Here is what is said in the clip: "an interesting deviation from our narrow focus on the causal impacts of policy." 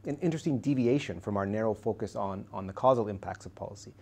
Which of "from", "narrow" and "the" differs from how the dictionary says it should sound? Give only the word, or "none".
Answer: none